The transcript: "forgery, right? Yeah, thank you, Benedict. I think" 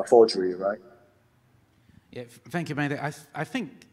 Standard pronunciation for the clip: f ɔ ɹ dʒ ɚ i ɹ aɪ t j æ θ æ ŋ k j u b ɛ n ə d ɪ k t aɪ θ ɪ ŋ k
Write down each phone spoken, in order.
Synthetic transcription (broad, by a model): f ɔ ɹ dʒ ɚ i ɹ aɪ t j æ θ æ ŋ k j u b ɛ ə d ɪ t aɪ θ ɪ ŋ k